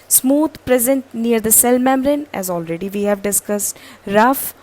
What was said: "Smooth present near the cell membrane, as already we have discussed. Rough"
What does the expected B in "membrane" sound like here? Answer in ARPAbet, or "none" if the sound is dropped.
none